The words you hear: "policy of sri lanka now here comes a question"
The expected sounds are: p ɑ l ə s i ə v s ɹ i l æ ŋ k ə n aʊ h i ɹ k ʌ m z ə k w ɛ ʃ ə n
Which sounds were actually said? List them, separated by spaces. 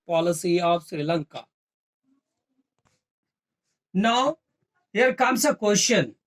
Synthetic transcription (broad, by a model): p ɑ l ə s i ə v s ɹ i l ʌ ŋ k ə n aʊ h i ɹ k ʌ m s ə k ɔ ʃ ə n